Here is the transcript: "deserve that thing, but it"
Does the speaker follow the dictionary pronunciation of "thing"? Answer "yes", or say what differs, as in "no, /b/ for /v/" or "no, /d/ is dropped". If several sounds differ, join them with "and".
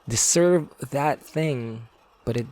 yes